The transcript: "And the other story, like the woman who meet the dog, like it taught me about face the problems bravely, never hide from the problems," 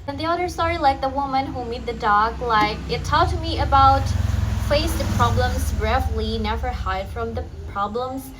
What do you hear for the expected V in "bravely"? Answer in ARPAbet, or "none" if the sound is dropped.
F